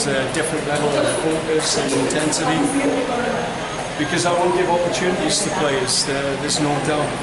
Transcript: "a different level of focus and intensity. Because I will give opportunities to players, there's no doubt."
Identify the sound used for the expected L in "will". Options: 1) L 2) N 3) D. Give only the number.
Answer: 2